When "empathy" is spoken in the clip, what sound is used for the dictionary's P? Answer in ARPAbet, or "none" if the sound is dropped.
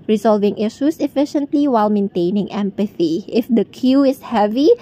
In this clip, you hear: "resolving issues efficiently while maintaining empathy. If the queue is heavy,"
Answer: P